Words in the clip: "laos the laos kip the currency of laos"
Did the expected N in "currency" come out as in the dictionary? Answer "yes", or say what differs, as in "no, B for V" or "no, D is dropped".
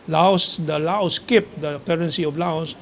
yes